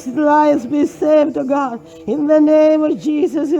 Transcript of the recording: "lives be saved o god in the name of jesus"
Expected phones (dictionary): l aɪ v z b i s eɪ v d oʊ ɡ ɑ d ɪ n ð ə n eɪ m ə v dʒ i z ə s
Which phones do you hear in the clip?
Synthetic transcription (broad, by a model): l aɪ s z b i s eɪ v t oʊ ɡ ɑ d ɪ n ð ə n eɪ m ə v dʒ i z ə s